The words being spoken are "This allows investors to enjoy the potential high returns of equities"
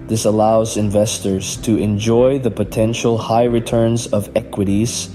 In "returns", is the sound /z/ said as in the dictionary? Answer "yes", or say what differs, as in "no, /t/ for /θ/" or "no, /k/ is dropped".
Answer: yes